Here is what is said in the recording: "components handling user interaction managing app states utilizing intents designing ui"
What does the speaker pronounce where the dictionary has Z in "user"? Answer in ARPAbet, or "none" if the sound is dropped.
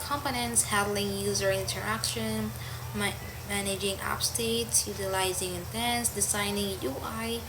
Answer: Z